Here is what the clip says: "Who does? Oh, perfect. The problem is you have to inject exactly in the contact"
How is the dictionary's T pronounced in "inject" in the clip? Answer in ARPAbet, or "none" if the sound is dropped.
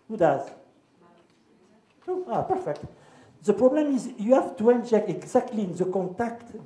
none